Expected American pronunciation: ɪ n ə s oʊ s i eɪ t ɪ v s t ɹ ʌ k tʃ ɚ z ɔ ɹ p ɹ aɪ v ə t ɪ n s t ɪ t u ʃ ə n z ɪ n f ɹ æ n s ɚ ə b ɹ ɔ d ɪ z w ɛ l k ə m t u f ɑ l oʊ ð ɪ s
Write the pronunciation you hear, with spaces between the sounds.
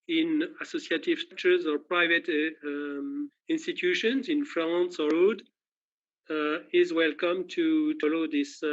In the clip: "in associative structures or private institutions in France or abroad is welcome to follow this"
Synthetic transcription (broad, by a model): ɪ n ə s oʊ s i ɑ t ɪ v s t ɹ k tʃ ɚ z ɔ ɹ p ɹ aɪ v ə t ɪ n s t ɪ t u ʃ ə n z ɪ n f l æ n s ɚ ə ɹ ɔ d ɪ z w ɛ l k ə m t u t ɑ l oʊ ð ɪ s